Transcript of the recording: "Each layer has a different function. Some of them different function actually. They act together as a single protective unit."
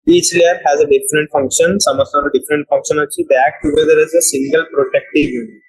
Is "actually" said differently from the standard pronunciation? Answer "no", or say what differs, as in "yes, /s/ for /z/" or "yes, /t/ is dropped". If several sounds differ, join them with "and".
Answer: yes, /k/ is dropped and /l/ is dropped